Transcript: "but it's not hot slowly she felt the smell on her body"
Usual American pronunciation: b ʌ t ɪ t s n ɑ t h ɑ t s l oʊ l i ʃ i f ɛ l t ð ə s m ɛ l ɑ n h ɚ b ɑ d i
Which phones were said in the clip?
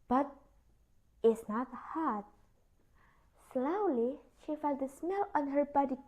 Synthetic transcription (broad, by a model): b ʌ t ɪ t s n ɑ t h ɑ t s l oʊ l i ʃ i f ɛ l t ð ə s m ɛ l ɑ n h ɚ b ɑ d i